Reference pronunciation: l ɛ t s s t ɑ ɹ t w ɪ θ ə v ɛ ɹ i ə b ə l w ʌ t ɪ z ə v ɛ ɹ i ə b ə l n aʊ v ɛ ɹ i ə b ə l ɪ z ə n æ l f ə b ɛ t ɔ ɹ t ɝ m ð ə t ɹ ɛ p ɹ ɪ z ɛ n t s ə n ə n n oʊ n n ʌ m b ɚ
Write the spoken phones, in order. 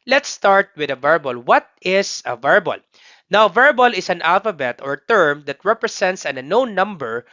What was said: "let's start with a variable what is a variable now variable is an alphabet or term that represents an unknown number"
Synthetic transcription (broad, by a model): l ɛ t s s t ɑ ɹ t w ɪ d ə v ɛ ɹ b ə l w ʌ t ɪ s ə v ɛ ɹ b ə l n aʊ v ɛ ɹ b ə l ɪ s ə n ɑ l f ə b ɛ t ɔ ɹ t ɝ m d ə t ɹ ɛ p ɹ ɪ s ɛ n t s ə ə n n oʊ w n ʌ m b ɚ